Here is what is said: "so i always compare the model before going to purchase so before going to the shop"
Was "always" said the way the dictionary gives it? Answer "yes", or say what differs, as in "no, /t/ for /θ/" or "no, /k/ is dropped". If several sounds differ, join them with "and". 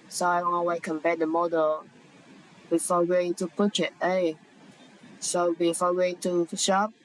no, /n/ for /l/ and /z/ is dropped